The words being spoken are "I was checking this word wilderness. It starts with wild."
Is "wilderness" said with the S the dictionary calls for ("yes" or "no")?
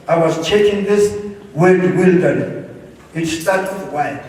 no